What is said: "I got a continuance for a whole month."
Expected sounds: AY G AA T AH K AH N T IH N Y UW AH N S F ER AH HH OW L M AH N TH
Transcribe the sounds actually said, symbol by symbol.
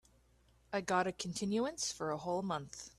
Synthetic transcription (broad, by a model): AY G AA T AH K N T IH N Y UW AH N S F ER AH HH OW L M AH N TH